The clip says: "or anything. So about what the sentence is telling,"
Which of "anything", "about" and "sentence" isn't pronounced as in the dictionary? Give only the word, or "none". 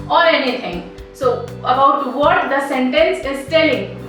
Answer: anything